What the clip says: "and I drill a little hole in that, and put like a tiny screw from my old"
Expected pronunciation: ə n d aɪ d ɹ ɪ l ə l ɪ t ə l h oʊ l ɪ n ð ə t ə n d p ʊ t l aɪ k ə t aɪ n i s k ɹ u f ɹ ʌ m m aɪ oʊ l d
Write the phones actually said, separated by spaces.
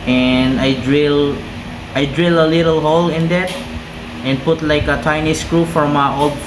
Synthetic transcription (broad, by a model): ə n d aɪ d ɹ ɪ l ə l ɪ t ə l h oʊ l ɪ n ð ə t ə n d p ʊ t l aɪ k ə t aɪ n i s k ɹ u f ɹ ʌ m m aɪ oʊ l